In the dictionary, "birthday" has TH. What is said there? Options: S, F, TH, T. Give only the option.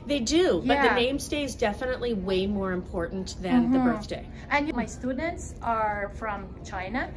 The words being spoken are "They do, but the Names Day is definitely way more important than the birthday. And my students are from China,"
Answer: TH